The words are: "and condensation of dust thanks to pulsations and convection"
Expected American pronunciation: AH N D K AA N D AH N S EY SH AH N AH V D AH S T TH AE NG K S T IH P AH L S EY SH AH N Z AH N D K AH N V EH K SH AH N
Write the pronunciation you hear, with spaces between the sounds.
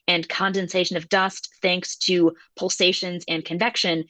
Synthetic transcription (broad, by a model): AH N K AA N D AH N S EY SH AH N AH V D AH S T TH AE NG K S T IH P AH L S EY SH AH N Z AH N K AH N V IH K SH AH N